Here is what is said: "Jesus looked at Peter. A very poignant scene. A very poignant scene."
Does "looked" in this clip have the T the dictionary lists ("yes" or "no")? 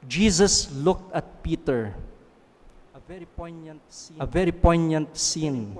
yes